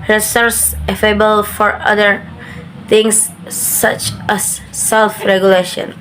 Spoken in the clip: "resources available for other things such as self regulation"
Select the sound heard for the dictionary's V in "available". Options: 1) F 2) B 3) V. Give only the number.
1